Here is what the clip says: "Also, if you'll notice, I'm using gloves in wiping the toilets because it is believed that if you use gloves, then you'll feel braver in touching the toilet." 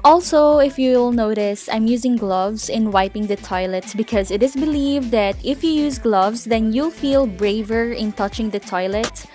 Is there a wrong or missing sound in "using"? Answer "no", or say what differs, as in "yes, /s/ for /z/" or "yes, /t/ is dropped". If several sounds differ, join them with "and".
no